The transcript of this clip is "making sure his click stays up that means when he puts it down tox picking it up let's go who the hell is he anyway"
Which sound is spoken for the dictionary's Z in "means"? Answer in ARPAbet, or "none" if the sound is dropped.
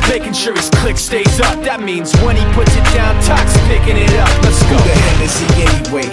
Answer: Z